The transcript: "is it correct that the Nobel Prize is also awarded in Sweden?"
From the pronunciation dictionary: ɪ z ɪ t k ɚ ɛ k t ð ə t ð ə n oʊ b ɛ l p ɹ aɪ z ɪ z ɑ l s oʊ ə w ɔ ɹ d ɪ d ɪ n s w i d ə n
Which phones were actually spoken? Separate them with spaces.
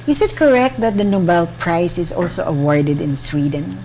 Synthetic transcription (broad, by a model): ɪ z ɪ t k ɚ ɛ k t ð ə t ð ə n oʊ b ɛ l p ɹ aɪ s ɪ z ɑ l s oʊ ə w ɔ ɹ d ɪ d ɪ n s w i d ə n